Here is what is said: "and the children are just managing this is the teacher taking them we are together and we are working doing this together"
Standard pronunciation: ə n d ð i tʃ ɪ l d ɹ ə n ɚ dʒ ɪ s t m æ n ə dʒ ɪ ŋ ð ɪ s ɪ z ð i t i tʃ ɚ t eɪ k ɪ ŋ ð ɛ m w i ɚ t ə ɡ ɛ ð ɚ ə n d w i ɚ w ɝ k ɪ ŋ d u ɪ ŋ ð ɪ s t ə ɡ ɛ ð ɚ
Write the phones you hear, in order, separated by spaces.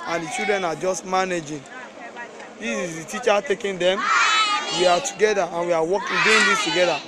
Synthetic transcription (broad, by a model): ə n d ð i tʃ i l d ɹ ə n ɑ dʒ ɪ s t m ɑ n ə dʒ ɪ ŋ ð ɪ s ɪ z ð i t i tʃ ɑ t eɪ k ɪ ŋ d ɛ m w i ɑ t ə ɡ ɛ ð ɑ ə n w i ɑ w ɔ k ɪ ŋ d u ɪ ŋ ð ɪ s t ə ɡ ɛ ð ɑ